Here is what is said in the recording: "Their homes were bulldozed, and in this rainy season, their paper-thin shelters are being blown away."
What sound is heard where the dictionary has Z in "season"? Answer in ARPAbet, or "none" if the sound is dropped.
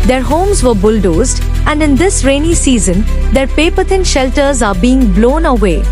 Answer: Z